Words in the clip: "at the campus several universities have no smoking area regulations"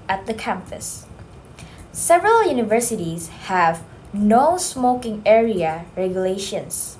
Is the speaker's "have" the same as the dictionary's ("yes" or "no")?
yes